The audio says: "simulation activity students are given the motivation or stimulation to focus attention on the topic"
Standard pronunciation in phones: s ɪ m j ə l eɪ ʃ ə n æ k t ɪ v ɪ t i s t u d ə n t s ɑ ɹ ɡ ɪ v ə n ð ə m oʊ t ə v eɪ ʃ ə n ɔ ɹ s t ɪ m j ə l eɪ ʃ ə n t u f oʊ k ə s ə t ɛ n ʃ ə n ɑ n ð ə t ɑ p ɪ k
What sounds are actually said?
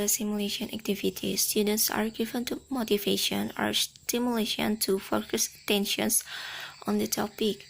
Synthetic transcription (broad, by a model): s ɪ m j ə l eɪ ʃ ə n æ k t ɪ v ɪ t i s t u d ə n t s ɑ ɹ ɡ ɪ v ə n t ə m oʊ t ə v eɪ ʃ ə n ɔ ɹ s t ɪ m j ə l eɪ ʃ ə n t u f oʊ k ə s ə t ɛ n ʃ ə n ɑ n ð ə t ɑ p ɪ k